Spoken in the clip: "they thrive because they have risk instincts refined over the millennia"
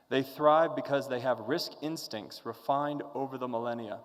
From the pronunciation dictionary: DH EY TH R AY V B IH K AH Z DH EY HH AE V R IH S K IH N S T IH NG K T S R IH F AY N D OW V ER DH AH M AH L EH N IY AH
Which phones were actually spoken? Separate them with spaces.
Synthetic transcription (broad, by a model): DH EY TH R AY V B IH K AH Z DH EY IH V R IH S K IH N S T IH NG K T S R IH F AY N D OW V ER DH AH M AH L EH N IY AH